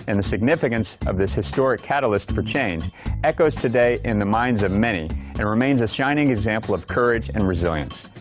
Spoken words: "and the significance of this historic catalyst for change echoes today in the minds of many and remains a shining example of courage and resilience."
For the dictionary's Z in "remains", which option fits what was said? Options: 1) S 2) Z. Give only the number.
2